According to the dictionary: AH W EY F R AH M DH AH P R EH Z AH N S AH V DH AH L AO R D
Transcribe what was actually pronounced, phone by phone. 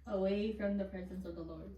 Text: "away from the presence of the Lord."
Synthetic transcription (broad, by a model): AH W EY F R AH M DH AH P R EH Z AH N S AH V DH AH L AO R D